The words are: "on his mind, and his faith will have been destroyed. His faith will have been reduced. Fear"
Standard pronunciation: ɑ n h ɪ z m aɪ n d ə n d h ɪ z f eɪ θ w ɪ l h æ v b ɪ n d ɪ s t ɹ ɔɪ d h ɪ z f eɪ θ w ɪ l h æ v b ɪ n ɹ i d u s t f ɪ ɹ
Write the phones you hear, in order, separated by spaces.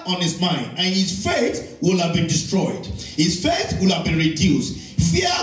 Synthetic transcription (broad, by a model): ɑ n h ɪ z m aɪ n d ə n h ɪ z f eɪ θ w ɪ l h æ v b ɪ n d ɪ s t ɹ ɔɪ d h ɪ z f eɪ θ w ɪ l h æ v b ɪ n ɹ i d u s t f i